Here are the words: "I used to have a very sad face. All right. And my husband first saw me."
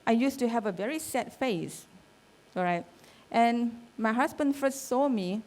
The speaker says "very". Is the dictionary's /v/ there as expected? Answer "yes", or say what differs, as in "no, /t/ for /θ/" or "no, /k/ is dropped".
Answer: yes